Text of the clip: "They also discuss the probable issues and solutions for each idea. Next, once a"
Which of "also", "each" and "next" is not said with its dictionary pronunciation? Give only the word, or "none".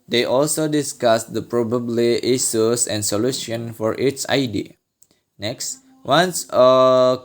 each